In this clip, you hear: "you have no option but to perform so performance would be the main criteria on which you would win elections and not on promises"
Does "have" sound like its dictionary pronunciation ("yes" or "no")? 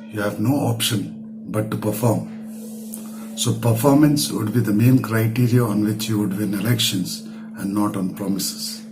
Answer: yes